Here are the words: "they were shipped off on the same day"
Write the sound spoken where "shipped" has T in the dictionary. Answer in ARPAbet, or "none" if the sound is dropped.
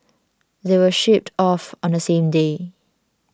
T